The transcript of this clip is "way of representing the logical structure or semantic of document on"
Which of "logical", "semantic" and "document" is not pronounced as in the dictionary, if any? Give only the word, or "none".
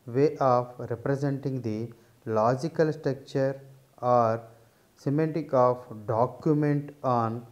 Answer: semantic